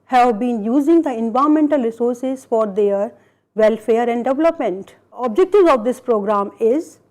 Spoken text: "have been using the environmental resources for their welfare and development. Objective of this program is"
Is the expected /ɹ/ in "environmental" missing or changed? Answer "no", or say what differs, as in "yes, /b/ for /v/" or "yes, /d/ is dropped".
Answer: yes, /ɹ/ is dropped